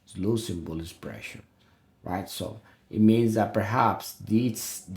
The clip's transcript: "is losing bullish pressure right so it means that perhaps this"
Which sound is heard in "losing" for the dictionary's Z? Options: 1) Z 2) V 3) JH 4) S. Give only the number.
4